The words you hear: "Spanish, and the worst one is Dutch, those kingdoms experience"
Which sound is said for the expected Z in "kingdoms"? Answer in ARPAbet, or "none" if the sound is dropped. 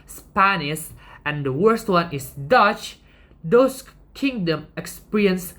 none